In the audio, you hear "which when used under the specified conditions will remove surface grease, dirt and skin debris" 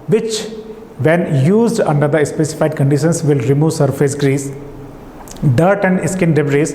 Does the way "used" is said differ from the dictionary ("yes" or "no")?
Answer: no